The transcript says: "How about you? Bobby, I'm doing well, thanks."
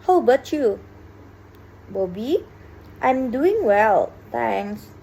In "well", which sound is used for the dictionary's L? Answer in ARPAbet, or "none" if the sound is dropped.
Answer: L